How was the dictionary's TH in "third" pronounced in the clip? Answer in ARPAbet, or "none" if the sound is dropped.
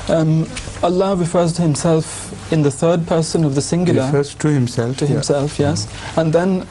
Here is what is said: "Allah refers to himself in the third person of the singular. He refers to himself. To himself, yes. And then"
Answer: TH